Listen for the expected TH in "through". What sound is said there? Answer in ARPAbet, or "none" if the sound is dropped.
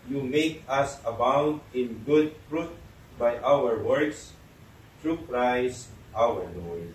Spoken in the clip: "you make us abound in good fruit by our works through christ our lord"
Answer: T